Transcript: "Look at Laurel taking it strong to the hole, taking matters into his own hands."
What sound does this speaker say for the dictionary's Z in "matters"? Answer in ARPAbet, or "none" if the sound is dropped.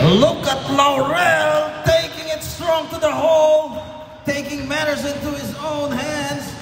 Z